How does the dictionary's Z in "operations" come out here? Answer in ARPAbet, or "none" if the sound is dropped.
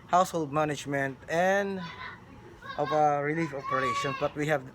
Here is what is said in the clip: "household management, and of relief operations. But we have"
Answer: none